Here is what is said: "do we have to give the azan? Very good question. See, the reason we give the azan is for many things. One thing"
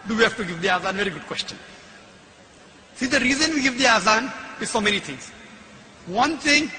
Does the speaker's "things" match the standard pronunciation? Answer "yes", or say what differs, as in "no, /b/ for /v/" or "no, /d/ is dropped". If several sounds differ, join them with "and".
no, /t/ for /θ/